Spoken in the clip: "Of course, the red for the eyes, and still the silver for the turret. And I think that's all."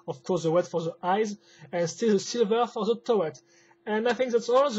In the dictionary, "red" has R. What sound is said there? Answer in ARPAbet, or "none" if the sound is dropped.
W